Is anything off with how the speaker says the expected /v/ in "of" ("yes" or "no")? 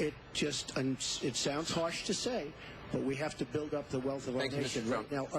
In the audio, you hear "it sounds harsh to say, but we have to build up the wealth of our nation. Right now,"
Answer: no